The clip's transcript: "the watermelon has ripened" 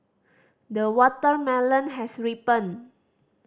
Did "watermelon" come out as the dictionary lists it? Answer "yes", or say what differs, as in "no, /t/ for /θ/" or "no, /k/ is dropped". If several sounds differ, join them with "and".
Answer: yes